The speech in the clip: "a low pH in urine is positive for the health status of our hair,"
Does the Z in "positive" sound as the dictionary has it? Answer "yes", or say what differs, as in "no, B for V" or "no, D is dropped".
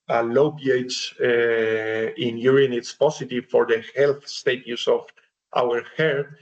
no, S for Z